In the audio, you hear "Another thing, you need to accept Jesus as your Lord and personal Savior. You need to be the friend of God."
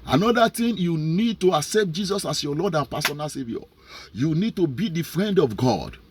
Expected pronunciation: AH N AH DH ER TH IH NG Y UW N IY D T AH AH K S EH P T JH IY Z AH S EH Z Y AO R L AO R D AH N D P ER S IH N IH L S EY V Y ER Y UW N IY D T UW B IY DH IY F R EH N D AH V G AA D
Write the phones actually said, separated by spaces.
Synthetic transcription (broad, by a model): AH N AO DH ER T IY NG Y UW N IY D T AH AH K S EH P T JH IY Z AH S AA S Y AO L AO D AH N P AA S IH N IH L S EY V Y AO Y UW N IY D T UW B IY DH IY F R EH N D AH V G AA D